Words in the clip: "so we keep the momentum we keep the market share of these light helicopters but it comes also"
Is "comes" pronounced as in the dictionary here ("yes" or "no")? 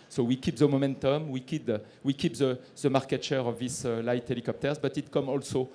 no